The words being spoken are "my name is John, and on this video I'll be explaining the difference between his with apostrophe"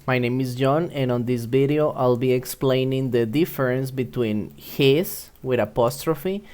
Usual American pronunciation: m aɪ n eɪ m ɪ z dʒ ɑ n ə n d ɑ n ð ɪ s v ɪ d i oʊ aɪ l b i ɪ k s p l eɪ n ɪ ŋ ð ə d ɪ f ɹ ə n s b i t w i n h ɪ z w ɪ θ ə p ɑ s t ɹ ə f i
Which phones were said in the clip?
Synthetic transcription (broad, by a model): m aɪ n eɪ m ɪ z dʒ ɑ n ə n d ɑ n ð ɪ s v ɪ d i oʊ aɪ l b i ɪ k s p l eɪ n ɪ ŋ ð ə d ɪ f ɹ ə n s b i t w i n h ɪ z w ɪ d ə p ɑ s t ɹ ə f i